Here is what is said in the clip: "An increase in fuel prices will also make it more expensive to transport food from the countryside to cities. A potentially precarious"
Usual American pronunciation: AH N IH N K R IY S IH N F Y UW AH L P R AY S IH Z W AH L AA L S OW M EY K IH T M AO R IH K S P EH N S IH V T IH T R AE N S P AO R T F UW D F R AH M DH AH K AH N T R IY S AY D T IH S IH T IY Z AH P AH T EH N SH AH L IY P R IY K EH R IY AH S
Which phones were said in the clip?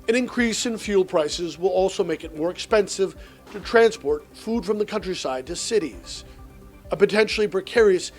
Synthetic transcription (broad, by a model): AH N IH N K R IY S IH N F Y UW L P R AY S IH Z W AH L AA L S OW M EY K IH T M AO R IH K S P EH N S IH V T IH T R AE N S P AO R T F UW D F R AH M DH AH K AH N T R IY S AY D T IH S IH T IY Z AH P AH T EH N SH L IY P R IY K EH R IY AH S